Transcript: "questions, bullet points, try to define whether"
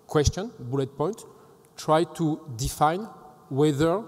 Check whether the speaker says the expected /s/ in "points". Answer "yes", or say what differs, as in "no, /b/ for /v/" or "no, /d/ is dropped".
no, /s/ is dropped